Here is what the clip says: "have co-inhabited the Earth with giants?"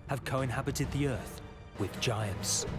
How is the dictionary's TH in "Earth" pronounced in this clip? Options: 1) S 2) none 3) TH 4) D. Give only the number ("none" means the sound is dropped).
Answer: 3